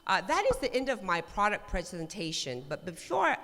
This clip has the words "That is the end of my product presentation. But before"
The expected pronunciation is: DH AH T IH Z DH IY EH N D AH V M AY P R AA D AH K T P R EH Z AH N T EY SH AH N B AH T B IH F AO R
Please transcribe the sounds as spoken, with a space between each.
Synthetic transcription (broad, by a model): DH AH T IH Z DH IY EH N D AH V M AY P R AA D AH K P R EH Z AH N T EY SH AH N B AH T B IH F AO R